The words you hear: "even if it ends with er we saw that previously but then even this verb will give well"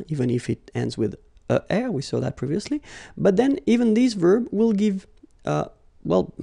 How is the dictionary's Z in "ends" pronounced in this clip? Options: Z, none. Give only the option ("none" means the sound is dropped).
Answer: Z